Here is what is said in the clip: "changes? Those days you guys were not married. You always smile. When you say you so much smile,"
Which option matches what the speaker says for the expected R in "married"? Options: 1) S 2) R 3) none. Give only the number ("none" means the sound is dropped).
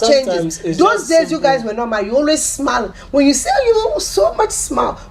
3